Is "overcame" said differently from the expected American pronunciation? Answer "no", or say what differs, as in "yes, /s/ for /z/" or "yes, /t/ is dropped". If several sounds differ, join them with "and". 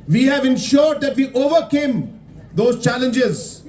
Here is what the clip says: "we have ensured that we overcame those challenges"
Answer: no